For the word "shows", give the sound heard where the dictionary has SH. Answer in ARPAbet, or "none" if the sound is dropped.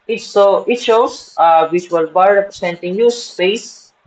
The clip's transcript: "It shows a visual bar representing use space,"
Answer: S